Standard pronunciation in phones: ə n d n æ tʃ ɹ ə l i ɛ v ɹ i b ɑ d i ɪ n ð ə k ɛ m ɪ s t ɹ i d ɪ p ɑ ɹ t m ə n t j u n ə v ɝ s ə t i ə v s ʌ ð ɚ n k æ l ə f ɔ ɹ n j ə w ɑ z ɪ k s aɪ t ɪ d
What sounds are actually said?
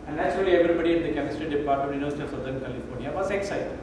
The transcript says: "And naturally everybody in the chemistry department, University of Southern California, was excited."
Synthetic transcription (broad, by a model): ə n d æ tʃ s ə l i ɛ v ɹ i b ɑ d i ɪ n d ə k ɛ m ɪ s t ɹ i d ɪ p ɑ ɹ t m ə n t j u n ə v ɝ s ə t i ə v s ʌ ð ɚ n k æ l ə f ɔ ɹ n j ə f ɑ s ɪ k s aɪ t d